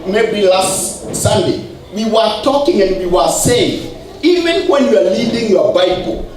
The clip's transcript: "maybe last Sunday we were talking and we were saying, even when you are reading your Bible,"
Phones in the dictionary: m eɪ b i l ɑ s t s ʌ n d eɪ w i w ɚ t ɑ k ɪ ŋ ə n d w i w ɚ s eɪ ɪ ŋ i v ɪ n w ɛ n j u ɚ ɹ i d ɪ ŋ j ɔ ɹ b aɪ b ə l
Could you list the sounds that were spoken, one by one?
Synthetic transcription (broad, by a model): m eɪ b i l ɑ s t s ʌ n d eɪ w i w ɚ t ɑ k ɪ ŋ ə n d w i w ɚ s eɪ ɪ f i v ɪ n w ɛ n j u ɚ l i d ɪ ŋ j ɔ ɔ b aɪ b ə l